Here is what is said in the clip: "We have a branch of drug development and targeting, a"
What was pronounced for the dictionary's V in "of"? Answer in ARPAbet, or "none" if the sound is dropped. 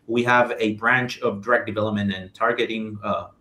V